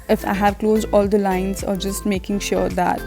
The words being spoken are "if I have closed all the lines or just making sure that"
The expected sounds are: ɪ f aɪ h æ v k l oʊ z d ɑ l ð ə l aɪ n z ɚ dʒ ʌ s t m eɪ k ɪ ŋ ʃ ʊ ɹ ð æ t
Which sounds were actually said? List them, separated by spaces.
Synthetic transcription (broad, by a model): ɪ f aɪ h æ v k l oʊ z d ɑ l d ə l aɪ n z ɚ dʒ ʌ s t m eɪ k ɪ ŋ ʃ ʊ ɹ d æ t